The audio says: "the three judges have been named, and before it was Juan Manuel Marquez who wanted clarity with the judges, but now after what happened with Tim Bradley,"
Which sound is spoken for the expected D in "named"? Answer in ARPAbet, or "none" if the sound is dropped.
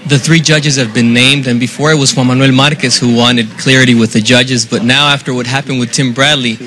D